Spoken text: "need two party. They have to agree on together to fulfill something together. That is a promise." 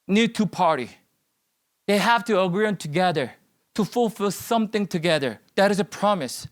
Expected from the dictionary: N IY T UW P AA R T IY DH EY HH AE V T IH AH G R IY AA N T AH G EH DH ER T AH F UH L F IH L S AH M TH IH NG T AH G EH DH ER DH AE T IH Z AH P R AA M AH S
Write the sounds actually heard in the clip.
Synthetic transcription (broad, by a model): N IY T UW P AA R T IY DH EY HH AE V T IH AH G R IY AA N T AH G EH DH ER T AH F UH L F IH L S AH M TH IH NG T AH G EH DH ER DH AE T IH Z AH P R AA M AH S